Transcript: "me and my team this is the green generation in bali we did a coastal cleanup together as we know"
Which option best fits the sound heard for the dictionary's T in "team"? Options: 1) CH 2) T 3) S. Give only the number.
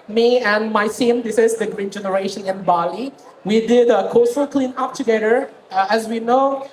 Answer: 3